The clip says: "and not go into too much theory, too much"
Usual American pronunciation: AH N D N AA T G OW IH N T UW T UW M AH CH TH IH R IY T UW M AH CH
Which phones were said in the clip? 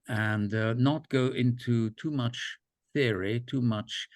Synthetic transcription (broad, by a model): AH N N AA T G OW IH N T UW T UW M AH CH TH IH R IY T UW M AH CH